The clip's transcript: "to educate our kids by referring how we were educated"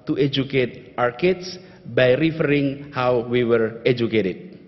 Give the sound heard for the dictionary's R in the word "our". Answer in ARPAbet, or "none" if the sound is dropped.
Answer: R